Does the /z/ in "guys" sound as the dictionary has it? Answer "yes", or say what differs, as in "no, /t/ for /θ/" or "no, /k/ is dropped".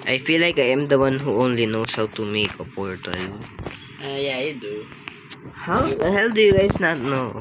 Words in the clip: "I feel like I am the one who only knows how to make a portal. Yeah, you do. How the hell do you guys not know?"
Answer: no, /s/ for /z/